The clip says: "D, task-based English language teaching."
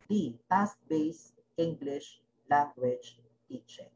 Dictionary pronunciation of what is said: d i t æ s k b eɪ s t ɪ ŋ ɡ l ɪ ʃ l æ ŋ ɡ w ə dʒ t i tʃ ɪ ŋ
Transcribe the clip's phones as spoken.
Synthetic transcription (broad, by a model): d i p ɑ s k b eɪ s ɪ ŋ ɡ l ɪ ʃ l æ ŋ ɡ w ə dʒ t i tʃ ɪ